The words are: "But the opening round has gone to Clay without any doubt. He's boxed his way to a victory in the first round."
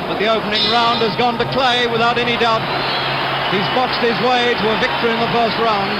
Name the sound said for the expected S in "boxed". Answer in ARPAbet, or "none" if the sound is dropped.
S